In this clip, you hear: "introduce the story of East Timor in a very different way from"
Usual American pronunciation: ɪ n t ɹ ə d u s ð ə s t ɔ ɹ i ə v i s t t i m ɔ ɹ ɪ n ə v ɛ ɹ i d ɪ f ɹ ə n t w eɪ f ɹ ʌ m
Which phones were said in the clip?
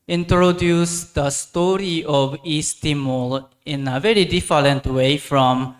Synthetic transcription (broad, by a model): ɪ n t ɹ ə d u s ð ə s t ɔ ɹ i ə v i s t t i m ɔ l ɪ n ə v ɛ ɹ i d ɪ f l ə n t w eɪ f ɹ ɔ m